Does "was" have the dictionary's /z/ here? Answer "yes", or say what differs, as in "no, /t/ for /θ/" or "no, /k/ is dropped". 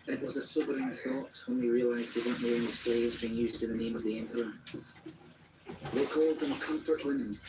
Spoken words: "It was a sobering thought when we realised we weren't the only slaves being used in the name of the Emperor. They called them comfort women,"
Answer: yes